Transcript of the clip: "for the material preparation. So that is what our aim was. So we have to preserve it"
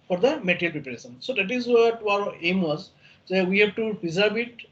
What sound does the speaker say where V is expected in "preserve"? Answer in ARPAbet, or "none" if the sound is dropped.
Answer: B